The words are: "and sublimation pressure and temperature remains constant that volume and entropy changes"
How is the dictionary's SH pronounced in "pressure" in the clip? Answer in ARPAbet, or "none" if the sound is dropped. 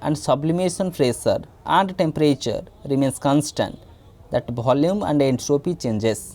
S